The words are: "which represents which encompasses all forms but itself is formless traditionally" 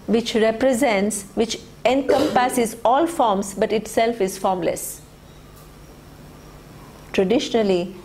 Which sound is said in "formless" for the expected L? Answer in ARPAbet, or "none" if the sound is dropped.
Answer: L